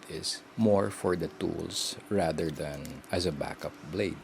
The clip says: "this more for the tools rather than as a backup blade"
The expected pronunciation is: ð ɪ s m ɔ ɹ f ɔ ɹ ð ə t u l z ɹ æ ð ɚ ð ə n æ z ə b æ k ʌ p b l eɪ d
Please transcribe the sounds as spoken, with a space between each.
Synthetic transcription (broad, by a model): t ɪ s m ɔ ɹ f ɔ ɹ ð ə t u l s ɹ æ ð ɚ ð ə n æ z ə b æ k ʌ p b l eɪ d